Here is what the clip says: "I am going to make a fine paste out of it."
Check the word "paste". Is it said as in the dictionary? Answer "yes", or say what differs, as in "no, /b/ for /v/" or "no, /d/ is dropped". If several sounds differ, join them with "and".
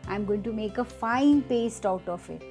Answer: yes